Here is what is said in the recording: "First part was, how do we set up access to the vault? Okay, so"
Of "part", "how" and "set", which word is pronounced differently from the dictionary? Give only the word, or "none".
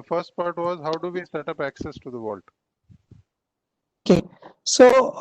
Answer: none